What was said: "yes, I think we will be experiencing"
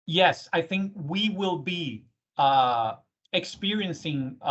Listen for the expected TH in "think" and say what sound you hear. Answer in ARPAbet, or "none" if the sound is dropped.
TH